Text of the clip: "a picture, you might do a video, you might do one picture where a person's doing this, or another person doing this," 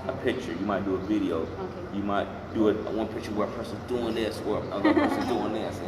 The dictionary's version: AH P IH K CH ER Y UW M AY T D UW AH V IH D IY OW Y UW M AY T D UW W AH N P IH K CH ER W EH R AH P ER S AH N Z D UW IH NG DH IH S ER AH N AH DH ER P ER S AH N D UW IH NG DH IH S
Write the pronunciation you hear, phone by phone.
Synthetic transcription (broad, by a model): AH P IH K CH ER Y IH M AY T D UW AH V IH D IY OW Y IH M AY T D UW W AH N P IH K CH ER W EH R AH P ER S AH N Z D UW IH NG DH IH S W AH ER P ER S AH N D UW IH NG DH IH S